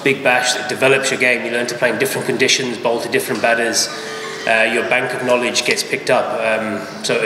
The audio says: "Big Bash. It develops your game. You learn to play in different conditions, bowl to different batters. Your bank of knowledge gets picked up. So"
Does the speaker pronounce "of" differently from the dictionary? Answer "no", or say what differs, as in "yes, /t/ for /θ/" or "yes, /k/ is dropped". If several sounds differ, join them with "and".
no